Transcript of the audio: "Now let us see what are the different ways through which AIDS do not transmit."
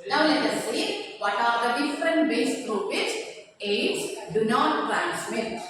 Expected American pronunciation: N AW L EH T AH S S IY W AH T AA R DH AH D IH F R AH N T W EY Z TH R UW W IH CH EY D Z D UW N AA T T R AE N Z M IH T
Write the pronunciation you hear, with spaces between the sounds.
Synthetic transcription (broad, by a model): N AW L EH T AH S S IY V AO T AA R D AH D IH F R AH N T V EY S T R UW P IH S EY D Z D UW N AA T T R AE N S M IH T